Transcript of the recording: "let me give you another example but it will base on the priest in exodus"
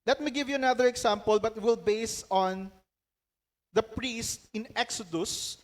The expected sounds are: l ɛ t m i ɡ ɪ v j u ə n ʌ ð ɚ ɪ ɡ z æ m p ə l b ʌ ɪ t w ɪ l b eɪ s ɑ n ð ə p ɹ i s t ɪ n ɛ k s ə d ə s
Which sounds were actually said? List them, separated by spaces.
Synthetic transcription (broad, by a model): l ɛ t m i ɡ ɪ v j u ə n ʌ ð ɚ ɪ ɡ s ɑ m p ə l b ʌ t w ɪ l b eɪ s ɑ n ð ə p ɹ i s t ɪ n ɛ k s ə d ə s